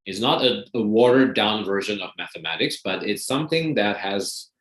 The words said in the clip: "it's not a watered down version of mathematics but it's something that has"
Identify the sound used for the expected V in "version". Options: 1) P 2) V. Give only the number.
2